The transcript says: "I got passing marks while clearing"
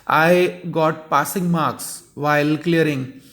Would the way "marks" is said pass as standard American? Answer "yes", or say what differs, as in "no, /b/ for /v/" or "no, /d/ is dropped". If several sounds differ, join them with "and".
yes